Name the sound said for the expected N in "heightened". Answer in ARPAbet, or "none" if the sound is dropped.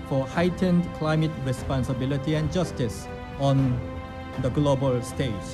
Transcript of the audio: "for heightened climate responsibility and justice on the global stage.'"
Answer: N